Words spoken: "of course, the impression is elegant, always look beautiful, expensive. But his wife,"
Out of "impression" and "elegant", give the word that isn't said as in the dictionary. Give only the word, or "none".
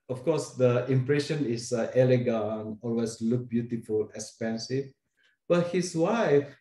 elegant